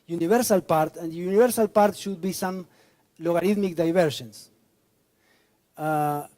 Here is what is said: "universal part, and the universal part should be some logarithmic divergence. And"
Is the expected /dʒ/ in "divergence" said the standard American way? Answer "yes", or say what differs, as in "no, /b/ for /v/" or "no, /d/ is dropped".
no, /ʃ/ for /dʒ/